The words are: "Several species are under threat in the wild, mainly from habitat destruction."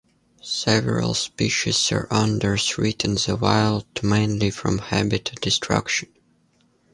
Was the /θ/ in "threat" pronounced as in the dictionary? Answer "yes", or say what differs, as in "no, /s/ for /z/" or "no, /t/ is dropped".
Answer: no, /s/ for /θ/